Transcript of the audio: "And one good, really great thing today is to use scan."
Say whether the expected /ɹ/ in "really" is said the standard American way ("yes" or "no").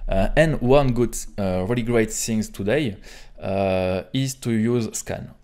yes